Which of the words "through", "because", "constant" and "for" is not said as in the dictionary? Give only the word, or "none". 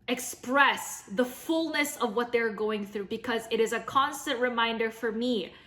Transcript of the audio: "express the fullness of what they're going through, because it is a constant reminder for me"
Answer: none